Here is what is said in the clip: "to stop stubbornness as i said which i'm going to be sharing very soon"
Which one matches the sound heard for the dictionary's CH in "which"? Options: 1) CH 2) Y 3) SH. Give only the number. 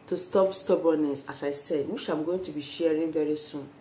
3